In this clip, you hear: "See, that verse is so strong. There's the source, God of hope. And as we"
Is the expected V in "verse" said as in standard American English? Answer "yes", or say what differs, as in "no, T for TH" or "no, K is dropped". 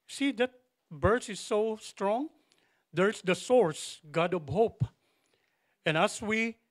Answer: no, B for V